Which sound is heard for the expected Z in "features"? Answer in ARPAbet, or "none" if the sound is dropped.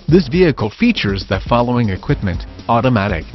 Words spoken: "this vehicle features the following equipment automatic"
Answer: Z